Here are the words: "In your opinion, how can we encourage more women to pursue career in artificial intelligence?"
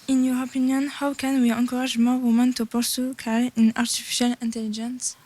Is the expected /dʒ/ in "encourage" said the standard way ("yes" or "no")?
no